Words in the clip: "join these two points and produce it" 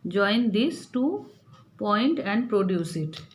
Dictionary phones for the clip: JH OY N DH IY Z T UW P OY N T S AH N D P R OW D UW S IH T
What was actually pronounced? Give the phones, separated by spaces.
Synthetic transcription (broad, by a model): JH OY N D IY S T UW P OY N T AH N D P R OW D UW S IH T